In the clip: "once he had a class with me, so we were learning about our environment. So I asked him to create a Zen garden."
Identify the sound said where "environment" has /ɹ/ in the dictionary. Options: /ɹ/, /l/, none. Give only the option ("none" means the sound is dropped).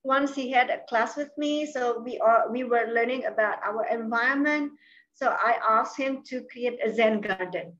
none